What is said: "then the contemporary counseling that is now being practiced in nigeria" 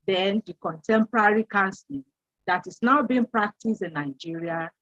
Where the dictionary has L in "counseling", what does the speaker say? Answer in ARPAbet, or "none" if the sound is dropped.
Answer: none